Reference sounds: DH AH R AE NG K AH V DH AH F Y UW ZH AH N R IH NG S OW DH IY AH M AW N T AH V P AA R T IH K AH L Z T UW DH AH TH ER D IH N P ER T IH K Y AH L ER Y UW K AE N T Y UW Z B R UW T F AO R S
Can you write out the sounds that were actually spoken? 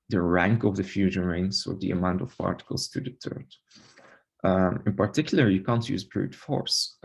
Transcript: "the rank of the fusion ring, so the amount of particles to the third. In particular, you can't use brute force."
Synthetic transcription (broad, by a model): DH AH R AE NG K AH V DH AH F Y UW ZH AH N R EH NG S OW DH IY AH M AW N T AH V P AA R T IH K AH L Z T UW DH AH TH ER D IH N P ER T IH K Y L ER Y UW K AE N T Y UW Z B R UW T F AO R S